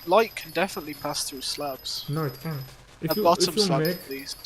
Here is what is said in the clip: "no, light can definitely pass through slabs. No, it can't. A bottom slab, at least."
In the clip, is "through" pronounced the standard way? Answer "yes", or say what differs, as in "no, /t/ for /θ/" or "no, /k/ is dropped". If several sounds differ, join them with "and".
yes